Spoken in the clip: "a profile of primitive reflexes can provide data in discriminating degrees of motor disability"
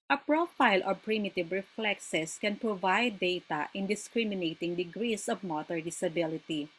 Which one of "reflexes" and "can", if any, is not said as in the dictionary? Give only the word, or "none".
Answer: reflexes